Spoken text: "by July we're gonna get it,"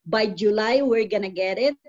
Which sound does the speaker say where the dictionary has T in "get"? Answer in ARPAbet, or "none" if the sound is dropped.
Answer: T